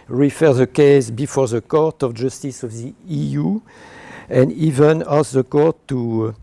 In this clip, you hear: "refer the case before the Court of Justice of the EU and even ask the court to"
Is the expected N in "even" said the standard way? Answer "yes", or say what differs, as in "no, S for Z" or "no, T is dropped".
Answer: yes